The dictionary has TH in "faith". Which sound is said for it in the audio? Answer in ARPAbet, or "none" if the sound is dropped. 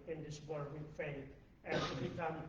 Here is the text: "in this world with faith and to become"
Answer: T